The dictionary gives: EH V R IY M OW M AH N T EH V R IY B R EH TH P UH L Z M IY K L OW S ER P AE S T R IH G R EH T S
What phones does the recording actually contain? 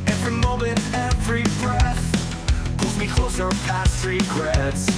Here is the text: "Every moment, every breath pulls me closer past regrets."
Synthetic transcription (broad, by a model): EH V R IY M OW M AH N T EH V R IY B R EH TH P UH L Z M IY K L OW S ER P AE S T R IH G R EH T S